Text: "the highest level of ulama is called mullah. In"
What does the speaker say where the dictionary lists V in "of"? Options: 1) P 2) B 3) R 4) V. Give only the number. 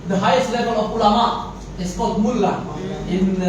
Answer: 1